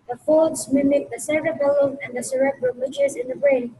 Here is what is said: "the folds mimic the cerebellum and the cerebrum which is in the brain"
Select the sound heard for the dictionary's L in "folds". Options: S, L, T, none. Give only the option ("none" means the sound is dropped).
none